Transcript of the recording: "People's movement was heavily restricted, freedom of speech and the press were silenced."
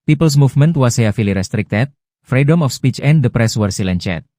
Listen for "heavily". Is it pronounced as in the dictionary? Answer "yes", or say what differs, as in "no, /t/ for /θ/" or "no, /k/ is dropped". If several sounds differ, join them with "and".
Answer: no, /f/ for /v/